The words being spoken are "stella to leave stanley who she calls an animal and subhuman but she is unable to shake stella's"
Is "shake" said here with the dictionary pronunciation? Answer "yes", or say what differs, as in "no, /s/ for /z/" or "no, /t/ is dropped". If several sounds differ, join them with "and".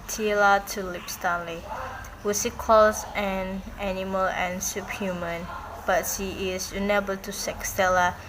no, /s/ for /ʃ/